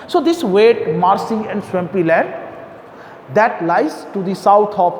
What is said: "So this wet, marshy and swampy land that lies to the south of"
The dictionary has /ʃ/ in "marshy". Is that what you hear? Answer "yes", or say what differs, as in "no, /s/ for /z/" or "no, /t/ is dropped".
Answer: no, /s/ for /ʃ/